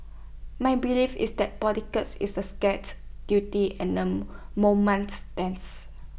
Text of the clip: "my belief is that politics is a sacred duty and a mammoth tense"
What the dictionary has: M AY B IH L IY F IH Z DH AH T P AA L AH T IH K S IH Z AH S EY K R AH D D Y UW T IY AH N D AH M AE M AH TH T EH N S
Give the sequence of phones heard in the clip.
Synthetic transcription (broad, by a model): M AY B IH L IY F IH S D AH T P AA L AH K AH S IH S AH S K AH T D Y UW T IY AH N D AH M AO M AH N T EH N S